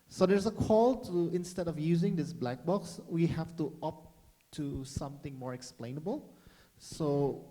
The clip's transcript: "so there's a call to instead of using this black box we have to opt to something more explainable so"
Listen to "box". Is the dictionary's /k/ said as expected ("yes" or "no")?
yes